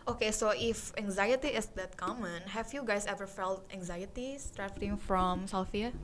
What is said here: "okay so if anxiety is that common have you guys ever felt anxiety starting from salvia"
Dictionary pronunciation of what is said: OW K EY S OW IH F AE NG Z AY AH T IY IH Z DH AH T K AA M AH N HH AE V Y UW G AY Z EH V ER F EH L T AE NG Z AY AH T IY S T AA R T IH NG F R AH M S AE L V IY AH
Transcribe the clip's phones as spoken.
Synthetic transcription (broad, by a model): OW K EY S OW IH F AE NG Z AY AH T IY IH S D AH T K AA M AH N HH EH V Y UW G AY S EH V ER F EH L T AE NG Z AY AH T IY S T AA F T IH NG F R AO M S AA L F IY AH